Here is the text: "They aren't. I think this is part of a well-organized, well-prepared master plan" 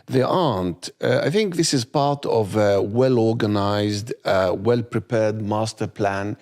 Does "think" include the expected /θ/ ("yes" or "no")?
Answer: yes